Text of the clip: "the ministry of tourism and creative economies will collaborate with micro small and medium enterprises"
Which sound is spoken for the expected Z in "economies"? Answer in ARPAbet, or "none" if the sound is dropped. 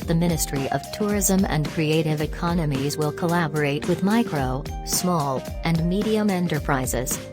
Z